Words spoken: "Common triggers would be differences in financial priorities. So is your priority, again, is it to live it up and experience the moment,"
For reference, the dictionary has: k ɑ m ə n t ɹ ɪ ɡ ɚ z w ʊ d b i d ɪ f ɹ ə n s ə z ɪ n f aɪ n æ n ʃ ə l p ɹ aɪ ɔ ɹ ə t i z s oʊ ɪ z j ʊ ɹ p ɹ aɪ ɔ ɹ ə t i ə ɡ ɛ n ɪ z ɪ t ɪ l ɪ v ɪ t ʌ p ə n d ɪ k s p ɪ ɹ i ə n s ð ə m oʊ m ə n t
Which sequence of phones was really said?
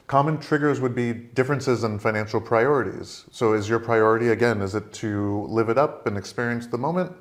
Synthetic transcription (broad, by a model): k ɑ m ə n t ɹ ɪ ɡ ɚ z w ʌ d b i d ɪ f ɹ ə n s ə z ɪ n f aɪ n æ n ʃ l p ɹ aɪ ɔ ɹ ə t i z s oʊ ɪ z j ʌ ɹ p ɹ aɪ ɔ ɹ ə t i ə ɡ ɛ n ɪ z ɪ t ɪ l ɪ v ɪ t ʌ p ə n ɪ k s p ɪ ɹ i ə n s ð ə m oʊ m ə n t